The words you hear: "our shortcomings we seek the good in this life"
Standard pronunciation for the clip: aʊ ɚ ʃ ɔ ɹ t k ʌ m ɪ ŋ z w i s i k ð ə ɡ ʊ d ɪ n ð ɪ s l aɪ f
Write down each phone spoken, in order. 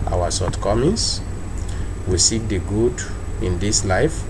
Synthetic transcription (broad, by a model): aʊ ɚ s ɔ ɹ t k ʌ m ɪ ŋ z w i s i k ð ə ɡ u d ɪ n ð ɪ s l aɪ f